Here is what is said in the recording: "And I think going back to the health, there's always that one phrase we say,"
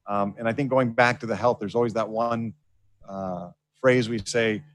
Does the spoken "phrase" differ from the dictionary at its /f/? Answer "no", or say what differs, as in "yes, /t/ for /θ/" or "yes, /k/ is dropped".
no